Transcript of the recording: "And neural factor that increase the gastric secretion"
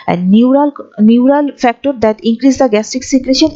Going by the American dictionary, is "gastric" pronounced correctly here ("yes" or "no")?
no